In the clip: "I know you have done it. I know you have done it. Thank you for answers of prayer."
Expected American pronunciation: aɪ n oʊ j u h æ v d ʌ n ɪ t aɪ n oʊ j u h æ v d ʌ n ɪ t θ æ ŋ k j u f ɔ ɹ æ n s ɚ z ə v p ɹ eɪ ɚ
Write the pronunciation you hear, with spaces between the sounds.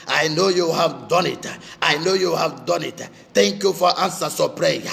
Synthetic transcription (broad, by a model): aɪ n oʊ j u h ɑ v d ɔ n ɪ t aɪ n oʊ j u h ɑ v d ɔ n ɪ t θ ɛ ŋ k j u f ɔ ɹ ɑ n s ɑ s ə p ɹ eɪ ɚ